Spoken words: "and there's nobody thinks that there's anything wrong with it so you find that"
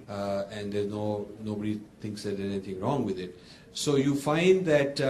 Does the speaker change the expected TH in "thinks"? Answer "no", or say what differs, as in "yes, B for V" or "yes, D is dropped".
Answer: yes, T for TH